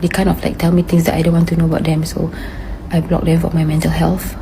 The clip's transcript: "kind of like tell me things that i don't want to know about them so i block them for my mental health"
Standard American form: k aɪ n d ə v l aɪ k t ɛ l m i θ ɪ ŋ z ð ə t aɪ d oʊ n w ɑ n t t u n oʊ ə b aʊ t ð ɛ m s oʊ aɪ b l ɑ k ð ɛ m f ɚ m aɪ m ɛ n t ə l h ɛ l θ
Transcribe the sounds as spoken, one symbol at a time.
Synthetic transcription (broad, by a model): k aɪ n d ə f l aɪ k t ɛ l m i t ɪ ŋ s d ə t aɪ d oʊ n w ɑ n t t u n oʊ ə b aʊ t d ɛ m s oʊ aɪ b l ɑ k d ɛ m f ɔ m aɪ m ɛ n t ə l h ɛ l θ